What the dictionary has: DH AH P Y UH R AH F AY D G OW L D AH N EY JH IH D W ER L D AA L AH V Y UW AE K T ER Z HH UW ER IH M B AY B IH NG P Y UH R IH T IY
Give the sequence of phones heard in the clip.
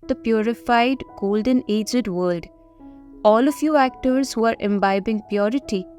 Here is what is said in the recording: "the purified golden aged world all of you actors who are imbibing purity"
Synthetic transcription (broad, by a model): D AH P Y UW R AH F AY D G OW L D AH N EY JH IH D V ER L D AA L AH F Y UW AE K T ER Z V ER IH M B AY B IH NG P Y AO R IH T IY